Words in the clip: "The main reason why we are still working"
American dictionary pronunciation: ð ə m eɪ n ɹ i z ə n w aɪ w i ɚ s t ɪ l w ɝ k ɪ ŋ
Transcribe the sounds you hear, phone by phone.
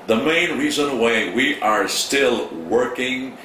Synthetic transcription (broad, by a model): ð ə m eɪ n ɹ i z ə n w aɪ w i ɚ s t ɪ l w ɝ k ɪ ŋ